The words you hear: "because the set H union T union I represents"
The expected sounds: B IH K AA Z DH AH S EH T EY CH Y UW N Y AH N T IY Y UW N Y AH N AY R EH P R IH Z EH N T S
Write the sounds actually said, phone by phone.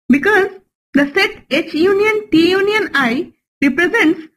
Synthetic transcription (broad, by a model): B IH K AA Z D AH S EH T EY CH Y UW N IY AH N T IY Y UW N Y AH N AY R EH P R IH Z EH N T S